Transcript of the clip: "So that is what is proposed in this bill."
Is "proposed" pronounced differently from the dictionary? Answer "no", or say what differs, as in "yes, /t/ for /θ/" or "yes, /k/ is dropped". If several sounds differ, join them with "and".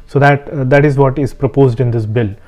no